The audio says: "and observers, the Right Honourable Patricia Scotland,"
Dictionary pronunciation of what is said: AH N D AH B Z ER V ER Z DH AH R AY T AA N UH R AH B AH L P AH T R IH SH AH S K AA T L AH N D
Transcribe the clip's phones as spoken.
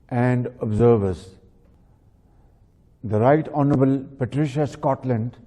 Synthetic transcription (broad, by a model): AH N D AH B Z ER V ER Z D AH R AY T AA N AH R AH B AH L P AH T R IH SH AH S K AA T L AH N D